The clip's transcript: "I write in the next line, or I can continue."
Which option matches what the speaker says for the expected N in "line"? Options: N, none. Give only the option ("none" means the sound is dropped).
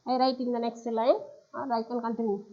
none